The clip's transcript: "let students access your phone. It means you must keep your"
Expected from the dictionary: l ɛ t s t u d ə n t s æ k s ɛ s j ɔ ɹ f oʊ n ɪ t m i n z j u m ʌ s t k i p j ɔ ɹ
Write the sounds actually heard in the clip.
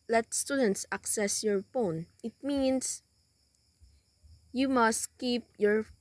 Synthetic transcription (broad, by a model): l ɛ t s t u d ə n t s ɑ k s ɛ s j ɔ ɹ f oʊ n ɪ t m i n s j u m ʌ s t k i p j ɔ ɹ